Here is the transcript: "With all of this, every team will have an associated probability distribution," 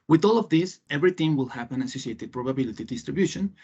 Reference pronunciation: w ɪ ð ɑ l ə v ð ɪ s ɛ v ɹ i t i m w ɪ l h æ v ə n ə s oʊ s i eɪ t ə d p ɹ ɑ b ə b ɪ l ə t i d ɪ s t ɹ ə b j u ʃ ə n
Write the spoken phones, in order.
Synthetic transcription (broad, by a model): w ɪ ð ɑ l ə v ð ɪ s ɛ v ɹ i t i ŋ w ɪ l h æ p ə n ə s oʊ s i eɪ t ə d p ɹ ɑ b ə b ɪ l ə t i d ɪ s t ɹ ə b j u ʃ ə n